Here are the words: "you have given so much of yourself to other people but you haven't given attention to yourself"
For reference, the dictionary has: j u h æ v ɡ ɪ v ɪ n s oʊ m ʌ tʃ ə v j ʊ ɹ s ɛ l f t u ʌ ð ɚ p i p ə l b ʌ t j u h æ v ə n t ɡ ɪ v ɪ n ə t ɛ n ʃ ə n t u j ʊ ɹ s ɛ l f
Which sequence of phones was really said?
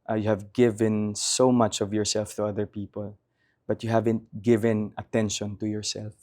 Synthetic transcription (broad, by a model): j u h æ v ɡ ɪ v ɪ n s oʊ m ʌ tʃ ə v j ʊ ɹ s ɛ l f t u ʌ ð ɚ p i p ə l b ʌ t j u h æ v ə n t ɡ ɪ v ɪ n ə t ɛ n ʃ ə n t u j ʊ ɹ s ɛ l f